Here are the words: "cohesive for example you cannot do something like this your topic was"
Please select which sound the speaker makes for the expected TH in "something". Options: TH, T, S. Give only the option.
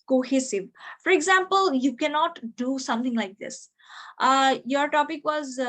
T